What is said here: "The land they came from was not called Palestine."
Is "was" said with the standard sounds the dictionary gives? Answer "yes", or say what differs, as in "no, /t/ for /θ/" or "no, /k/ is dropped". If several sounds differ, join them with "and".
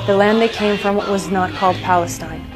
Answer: yes